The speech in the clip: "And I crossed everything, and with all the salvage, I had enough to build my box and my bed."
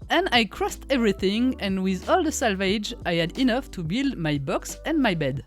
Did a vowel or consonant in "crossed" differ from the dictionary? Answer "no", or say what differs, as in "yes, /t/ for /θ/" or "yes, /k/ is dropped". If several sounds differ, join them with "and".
no